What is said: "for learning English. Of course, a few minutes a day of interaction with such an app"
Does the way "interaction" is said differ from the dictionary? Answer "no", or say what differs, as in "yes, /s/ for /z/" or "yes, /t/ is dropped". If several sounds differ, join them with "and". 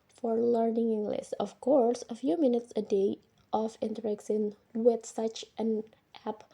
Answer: yes, /s/ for /ʃ/